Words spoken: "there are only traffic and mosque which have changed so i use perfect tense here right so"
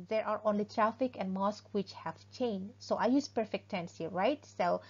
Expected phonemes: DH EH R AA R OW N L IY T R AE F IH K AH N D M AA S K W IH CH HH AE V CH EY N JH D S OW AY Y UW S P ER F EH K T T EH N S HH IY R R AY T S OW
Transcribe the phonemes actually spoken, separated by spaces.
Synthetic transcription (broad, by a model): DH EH R AA R OW N L IY T R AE F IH K AH N D M AA S K W IH CH HH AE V CH EY N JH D S OW AY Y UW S P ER F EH K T T EH N S HH IY R R AY T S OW